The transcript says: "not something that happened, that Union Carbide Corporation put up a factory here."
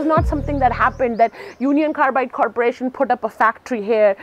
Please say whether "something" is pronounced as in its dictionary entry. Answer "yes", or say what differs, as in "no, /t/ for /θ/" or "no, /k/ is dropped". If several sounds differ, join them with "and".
no, /t/ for /θ/